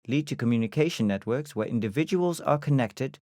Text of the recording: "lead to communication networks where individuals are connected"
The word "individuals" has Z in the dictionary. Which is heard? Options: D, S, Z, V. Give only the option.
Z